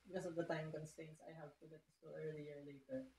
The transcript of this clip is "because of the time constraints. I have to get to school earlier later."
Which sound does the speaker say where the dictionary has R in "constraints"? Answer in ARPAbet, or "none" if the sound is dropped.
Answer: none